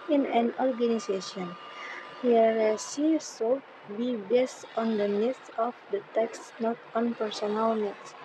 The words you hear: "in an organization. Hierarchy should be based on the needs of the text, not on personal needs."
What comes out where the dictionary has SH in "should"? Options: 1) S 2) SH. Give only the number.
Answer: 1